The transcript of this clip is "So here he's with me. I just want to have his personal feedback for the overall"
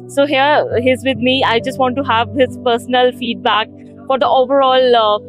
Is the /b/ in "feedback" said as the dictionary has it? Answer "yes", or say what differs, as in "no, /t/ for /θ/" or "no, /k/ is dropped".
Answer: yes